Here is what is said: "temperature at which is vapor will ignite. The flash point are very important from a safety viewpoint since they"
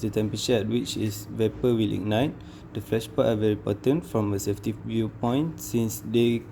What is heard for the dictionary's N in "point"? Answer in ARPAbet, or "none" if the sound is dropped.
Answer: none